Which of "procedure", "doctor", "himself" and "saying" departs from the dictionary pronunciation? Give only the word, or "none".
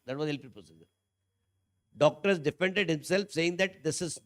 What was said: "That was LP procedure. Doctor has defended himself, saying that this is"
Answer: procedure